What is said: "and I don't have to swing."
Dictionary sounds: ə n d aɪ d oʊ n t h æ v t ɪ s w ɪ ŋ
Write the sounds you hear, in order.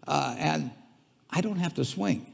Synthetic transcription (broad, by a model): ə n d aɪ d oʊ n t h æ f t ɪ s w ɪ ŋ